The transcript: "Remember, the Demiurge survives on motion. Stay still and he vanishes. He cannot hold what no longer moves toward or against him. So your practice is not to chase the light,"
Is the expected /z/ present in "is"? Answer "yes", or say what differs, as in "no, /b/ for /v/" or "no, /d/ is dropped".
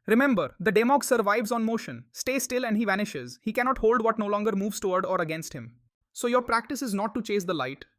yes